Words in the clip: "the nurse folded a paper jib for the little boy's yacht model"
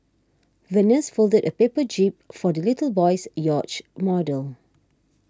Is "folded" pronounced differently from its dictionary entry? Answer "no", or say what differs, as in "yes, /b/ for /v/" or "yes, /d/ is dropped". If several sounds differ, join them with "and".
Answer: no